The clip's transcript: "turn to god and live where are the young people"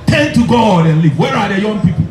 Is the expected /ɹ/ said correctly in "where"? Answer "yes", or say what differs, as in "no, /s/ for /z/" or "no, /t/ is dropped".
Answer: yes